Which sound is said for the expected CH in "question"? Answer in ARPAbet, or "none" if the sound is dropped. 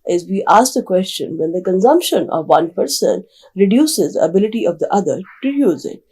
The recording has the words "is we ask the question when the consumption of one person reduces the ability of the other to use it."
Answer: CH